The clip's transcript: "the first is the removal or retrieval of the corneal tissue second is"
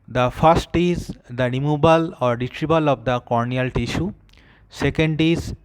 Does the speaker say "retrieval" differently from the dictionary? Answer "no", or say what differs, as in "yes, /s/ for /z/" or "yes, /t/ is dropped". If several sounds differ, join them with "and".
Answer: yes, /b/ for /v/